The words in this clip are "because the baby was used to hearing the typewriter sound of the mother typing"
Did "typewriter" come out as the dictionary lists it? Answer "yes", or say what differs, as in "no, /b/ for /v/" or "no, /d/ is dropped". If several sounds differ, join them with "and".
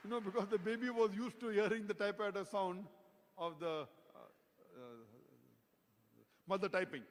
no, /ɹ/ is dropped